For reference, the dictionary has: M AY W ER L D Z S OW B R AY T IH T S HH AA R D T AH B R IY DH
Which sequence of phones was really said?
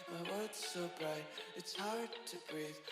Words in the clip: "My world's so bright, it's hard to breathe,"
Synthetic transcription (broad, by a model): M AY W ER D S OW B R AY T IH T S HH AA R D T AH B R IY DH